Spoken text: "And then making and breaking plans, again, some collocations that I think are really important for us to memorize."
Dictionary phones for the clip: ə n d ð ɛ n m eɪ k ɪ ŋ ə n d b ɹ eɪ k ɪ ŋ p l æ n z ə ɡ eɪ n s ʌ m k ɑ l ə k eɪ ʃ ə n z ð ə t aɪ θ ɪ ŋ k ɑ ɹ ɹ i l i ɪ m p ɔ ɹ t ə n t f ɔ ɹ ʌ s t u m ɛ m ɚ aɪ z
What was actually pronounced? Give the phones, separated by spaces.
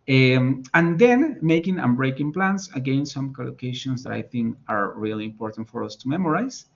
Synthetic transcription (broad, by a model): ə n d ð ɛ n m eɪ k ɪ ŋ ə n b ɹ eɪ k ɪ ŋ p l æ n s ə ɡ eɪ n s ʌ m k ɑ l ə k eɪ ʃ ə n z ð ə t aɪ θ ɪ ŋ k ɑ ɹ ɹ i l i ɪ m p ɔ ɹ t ə n t f ɔ ɹ ʌ s t u m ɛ m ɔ aɪ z